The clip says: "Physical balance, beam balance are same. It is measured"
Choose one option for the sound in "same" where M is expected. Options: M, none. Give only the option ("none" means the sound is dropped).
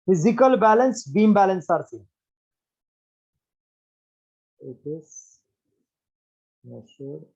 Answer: none